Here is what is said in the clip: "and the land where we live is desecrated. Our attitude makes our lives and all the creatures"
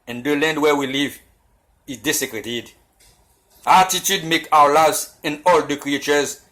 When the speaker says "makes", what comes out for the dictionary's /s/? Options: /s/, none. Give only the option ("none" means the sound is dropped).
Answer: none